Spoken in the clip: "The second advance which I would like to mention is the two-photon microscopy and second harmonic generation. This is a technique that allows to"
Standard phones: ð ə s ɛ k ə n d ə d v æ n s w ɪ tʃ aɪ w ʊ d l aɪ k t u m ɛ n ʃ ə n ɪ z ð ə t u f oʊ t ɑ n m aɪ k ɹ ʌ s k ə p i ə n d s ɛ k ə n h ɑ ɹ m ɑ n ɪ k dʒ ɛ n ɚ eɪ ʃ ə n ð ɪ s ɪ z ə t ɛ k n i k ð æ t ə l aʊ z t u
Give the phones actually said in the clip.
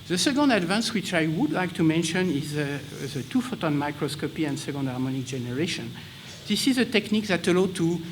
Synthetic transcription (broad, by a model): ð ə s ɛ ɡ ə n d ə d v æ n s w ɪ tʃ aɪ w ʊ d l aɪ k t u m ɛ n ʃ ə n ɪ z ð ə t u f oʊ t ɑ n m aɪ k ɹ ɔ s k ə p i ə n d s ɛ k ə n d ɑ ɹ m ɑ n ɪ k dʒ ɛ n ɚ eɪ ʃ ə n ð ɪ s ɪ z ə t ɛ k n i k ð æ t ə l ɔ t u